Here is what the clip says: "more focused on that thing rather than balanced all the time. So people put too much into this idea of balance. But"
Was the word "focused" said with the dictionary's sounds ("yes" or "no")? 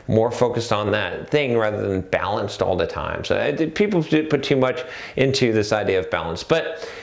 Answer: yes